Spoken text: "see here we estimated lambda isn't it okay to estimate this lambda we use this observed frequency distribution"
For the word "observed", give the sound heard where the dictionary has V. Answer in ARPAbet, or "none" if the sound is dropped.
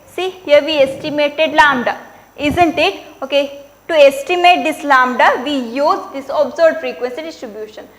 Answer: none